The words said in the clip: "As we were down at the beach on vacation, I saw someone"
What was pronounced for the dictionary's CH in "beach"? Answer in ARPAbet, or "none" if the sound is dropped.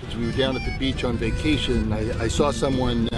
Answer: CH